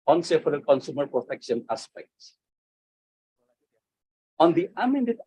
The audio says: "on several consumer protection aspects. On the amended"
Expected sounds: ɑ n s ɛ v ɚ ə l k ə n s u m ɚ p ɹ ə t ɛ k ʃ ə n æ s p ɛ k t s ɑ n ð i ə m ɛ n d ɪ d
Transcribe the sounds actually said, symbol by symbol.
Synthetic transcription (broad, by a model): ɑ n s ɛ f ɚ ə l k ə n s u m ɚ p ɹ ə t ɛ k ʃ ə n æ s p ɛ k t s ɑ n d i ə m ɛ n d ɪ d